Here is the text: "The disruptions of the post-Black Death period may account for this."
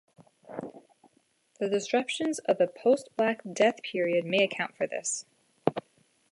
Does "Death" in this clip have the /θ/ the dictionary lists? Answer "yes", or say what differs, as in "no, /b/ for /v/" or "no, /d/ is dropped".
yes